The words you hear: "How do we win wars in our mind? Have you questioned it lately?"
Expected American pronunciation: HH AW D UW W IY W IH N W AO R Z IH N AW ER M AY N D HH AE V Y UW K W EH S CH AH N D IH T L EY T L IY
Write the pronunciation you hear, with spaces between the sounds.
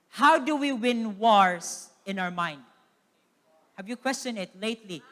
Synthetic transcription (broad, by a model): HH AW D UW W IY W IH N W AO R S IH N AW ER M AY N D HH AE V Y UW K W EH S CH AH N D IH T L EY T L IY